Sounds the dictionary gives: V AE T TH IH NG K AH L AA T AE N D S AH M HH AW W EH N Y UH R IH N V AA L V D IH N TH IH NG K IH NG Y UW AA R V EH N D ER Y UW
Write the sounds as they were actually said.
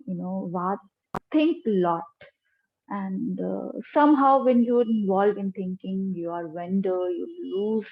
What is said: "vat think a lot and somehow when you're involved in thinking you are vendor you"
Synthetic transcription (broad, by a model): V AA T T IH NG K AH L AA T AE N D S AH M HH AW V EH N Y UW R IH N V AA L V IH N T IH NG K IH NG Y UW AA R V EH N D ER Y UW